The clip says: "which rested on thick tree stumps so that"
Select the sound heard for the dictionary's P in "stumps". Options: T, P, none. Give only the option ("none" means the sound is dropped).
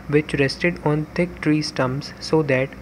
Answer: none